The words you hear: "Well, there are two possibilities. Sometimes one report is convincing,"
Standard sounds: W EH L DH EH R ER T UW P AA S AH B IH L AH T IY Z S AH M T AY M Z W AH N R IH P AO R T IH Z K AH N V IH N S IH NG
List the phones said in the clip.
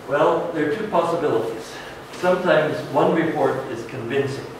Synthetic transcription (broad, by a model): W EH L DH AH R T UW P AA S AH B IH L AH T IY Z S AH M T AY M Z W AH N R IH P AO R T IH Z K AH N V IH N S IH NG